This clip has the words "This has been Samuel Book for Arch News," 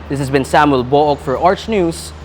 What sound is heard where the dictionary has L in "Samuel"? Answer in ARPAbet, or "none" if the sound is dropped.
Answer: L